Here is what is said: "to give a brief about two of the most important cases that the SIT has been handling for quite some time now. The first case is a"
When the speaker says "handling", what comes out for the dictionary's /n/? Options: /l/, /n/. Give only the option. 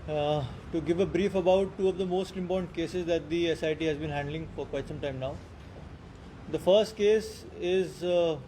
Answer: /n/